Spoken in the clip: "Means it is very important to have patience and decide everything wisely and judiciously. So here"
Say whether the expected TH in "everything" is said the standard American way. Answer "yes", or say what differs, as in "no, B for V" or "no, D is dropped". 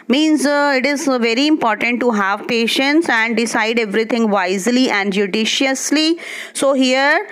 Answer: no, T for TH